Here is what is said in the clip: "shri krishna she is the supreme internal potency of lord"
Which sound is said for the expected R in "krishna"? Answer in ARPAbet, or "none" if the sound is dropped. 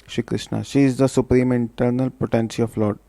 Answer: R